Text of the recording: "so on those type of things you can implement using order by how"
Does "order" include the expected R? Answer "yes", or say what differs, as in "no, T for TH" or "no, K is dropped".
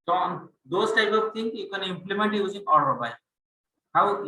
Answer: no, L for R